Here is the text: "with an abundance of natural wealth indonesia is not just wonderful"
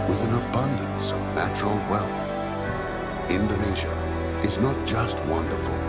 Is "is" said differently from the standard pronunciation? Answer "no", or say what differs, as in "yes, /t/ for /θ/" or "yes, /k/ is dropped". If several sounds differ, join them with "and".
no